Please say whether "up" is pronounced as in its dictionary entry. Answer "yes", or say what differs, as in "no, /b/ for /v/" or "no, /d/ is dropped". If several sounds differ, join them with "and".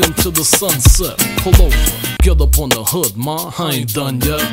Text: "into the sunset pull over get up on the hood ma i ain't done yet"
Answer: yes